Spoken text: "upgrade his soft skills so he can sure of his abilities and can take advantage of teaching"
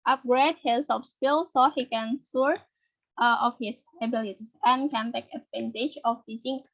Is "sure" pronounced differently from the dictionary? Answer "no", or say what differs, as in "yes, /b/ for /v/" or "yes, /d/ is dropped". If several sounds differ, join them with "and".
yes, /s/ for /ʃ/